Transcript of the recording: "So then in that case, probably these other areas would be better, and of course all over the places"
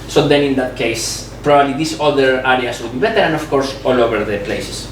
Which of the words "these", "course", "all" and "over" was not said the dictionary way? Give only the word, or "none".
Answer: these